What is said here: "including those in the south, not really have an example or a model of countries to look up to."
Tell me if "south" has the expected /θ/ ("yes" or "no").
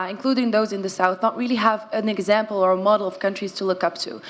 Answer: yes